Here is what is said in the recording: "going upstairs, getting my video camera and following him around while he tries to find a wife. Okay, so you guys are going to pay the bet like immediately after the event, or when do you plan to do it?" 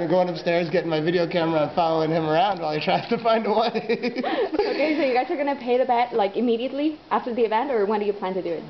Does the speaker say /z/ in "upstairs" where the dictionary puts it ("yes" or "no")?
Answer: yes